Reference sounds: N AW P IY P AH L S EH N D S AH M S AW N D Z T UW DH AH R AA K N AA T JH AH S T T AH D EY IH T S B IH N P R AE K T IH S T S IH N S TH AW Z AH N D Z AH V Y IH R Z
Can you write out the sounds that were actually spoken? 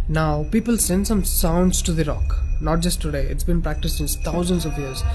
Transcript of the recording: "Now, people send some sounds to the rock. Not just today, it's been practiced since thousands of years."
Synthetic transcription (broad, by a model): N AW P IY P AH L S EH N D S AH M S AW N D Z T UW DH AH R AA K N AA T JH AH S T T AH D EY IH T S B IH N P R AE K T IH S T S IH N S T AW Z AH N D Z AH V Y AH R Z